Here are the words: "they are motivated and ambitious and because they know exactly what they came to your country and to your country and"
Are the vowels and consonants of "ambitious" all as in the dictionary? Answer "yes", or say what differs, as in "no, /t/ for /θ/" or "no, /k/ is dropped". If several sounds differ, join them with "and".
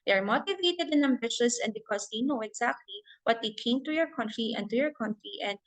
yes